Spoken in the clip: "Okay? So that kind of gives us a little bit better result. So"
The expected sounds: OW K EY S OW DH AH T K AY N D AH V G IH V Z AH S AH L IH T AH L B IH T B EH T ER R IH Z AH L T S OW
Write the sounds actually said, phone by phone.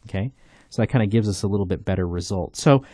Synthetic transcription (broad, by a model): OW K EY S OW DH AH T K AY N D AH G IH V Z AH S AH L IH T L B IH T B EH T ER R IH Z AH L T S OW